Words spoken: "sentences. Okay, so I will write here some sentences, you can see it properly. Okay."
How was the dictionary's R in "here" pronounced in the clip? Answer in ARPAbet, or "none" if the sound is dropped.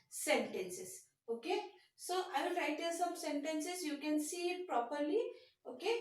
L